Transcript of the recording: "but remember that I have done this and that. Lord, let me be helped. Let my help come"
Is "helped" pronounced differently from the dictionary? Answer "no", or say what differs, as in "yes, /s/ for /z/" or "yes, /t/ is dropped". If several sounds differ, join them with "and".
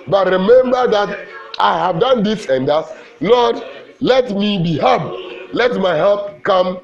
yes, /l/ is dropped